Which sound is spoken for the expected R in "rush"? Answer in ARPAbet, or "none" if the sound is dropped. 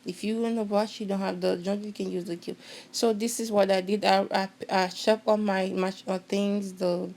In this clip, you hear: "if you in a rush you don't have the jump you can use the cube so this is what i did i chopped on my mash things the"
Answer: W